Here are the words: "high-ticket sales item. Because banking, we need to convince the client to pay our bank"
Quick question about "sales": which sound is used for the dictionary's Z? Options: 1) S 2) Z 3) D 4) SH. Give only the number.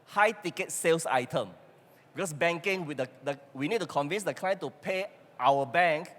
1